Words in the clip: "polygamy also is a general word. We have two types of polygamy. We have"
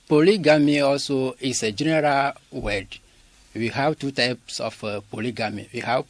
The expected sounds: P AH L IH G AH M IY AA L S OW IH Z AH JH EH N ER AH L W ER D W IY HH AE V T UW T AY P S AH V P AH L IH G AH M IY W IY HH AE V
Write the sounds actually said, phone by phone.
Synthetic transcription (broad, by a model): P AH L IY G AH M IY AA L S OW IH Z AH JH EH N ER AH L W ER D W IY HH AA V T UW T AY P S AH F P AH L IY G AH M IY W IY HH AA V